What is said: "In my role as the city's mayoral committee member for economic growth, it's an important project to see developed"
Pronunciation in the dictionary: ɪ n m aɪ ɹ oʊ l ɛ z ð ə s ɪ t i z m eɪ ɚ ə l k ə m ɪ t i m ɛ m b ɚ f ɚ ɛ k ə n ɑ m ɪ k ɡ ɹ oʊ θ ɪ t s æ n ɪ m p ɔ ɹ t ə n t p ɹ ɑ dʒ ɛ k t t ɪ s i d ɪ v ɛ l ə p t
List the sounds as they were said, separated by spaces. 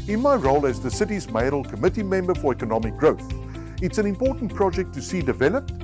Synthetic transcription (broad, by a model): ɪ n m aɪ ɹ oʊ l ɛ z ð ə s ɪ t i z m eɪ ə l k ə m ɪ t i m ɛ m b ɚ f ɚ ɛ k ə n ɑ m ɪ k ɡ ɹ oʊ θ ɪ t s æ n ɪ m p ɔ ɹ t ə n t p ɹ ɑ dʒ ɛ k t t ɪ s i d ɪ v ɛ l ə p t